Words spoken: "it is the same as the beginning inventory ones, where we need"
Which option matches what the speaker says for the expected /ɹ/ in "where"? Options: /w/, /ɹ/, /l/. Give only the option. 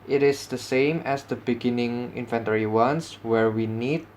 /ɹ/